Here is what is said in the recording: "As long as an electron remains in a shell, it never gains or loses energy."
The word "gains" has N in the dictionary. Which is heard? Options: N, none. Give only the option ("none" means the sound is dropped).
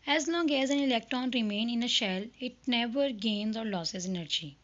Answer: N